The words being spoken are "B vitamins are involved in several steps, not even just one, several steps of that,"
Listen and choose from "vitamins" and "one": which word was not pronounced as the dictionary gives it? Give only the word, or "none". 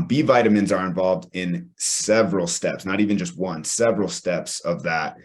none